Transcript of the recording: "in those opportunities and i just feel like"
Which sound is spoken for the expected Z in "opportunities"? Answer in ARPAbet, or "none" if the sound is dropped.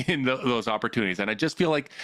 Z